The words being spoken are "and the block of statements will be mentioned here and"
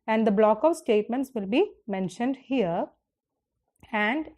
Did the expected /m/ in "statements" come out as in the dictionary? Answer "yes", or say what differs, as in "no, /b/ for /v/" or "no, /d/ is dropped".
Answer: yes